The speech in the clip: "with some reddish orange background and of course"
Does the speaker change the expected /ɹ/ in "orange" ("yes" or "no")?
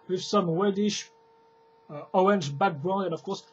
yes